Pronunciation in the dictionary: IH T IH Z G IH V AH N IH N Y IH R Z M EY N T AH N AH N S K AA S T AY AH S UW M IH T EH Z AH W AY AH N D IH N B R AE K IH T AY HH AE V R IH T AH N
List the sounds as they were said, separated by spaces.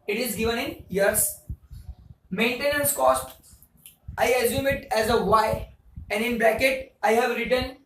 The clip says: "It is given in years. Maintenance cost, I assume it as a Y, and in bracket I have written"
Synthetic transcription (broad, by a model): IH T IH Z G IH V AH N IH N Y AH R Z M EY N T AH N AH N S K AA S T AY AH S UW M IH T EH Z AH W AY AH N D IH N B L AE K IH T AY HH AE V R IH T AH N